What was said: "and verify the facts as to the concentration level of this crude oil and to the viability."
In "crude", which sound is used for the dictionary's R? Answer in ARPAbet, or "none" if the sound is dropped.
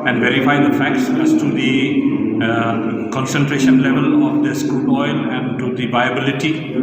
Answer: none